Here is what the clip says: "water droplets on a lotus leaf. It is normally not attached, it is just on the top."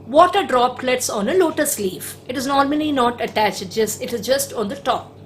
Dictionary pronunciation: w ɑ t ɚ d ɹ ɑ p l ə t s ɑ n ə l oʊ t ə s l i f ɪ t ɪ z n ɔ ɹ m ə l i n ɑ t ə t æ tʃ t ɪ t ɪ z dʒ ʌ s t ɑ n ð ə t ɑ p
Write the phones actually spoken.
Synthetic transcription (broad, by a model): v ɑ t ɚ d ɹ ɑ p l ə t s ɑ n ə l oʊ t ə s l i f ɪ t ɪ z n ɔ ɹ m ə l i n ɑ t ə t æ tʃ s ɪ t ɪ z dʒ ʌ s t ɑ n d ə t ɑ p